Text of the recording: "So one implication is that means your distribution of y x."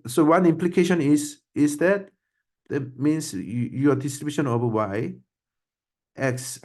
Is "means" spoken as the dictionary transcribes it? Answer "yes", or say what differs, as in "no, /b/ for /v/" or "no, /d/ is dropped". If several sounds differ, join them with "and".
no, /s/ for /z/